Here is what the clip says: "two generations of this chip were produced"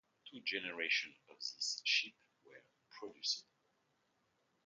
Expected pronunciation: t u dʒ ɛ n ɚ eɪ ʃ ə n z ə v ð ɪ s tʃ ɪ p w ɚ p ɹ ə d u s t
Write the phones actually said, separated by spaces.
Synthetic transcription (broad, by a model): t u dʒ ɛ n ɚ eɪ ʃ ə n ə v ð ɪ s ʃ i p w ɚ p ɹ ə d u s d